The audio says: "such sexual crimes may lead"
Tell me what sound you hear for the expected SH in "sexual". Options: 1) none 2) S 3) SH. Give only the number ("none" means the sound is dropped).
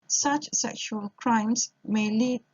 3